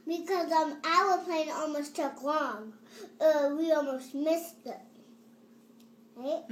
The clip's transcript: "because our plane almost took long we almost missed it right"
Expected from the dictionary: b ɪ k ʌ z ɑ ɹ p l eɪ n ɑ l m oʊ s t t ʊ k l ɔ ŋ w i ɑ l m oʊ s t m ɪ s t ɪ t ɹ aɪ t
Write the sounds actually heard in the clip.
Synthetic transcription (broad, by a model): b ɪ k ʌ z ɑ l p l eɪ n ɑ l m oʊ s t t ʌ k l ɔ ŋ w i ɑ l m oʊ s t m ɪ s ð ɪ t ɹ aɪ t